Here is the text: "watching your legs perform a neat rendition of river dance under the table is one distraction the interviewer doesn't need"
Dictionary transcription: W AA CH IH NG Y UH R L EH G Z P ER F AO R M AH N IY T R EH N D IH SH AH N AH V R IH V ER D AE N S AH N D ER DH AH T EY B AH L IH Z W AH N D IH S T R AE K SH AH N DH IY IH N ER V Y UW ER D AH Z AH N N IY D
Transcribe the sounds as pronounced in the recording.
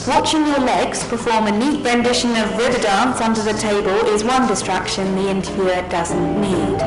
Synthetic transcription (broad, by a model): W AA CH IH NG Y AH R L EH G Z P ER F AO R M AH N IY T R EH N D IH SH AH N AH V R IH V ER D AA N S AH N D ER DH AH T EY B AH L IH Z W AH N D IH S T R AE K SH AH N DH IY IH N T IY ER D AH Z AH N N IY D